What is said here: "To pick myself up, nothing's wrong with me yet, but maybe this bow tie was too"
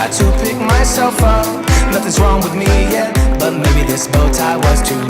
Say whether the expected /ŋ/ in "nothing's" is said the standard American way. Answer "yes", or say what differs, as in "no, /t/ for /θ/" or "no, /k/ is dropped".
no, /ŋ/ is dropped